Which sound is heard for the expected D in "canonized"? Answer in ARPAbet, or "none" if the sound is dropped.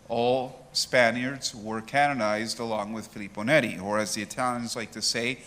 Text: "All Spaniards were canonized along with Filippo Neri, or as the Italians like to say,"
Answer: D